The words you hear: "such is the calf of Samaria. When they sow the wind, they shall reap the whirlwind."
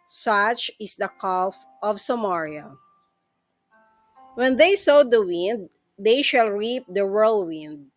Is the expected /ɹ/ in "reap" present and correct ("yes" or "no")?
yes